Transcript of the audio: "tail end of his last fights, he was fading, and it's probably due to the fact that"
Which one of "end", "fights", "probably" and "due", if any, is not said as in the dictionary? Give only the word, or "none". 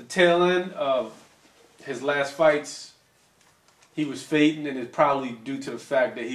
end